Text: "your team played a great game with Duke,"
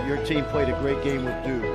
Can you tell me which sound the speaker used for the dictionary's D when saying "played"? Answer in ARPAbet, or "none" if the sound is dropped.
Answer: D